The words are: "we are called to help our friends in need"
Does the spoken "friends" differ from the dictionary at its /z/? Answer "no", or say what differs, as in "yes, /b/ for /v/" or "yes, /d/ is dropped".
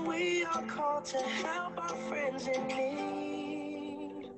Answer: no